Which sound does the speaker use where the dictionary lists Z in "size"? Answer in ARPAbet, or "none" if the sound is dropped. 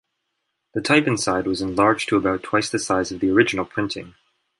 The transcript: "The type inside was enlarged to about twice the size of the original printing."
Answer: Z